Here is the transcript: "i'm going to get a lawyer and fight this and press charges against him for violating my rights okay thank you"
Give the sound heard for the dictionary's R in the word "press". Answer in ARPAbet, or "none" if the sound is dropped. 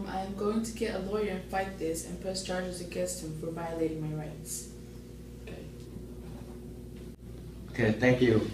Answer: none